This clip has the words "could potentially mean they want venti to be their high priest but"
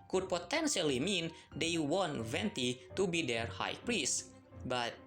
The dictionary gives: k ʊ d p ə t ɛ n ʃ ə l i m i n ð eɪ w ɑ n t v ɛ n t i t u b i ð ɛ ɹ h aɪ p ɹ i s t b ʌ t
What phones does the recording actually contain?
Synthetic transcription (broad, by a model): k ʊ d p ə t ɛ n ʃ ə l i m i n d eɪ w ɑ n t v ɛ n t i t u b i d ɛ ɹ h aɪ p ɹ i s t b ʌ t